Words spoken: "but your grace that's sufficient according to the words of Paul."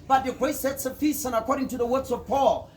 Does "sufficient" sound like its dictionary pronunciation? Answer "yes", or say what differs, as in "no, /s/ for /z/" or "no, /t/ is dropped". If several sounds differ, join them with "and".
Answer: no, /s/ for /ʃ/ and /t/ is dropped